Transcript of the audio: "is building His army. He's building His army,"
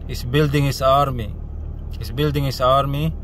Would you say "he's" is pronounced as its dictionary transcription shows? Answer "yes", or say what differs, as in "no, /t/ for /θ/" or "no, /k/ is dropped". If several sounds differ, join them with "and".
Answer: no, /s/ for /z/